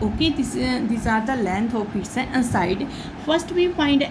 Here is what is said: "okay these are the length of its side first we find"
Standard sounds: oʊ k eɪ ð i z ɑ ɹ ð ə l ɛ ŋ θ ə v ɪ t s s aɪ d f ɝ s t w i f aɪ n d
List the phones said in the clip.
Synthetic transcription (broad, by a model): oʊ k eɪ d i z ɑ ɹ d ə l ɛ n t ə p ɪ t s s aɪ d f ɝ s t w i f aɪ n d